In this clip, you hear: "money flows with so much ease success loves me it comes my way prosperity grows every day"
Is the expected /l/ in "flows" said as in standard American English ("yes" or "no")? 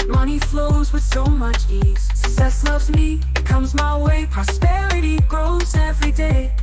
yes